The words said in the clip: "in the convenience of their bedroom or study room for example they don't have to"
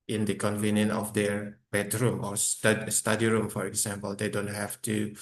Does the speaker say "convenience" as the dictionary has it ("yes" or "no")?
no